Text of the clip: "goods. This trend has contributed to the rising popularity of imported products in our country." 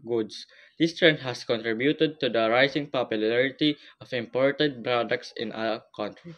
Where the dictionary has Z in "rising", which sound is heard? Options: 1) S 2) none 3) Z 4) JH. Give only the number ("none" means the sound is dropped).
1